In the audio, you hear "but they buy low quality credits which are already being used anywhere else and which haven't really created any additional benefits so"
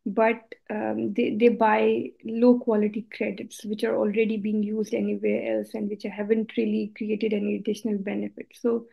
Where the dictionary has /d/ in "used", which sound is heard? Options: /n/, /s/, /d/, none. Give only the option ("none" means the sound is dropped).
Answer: /d/